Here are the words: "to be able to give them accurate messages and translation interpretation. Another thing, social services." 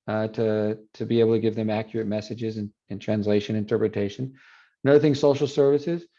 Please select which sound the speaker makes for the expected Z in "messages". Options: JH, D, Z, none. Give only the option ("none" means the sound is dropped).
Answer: Z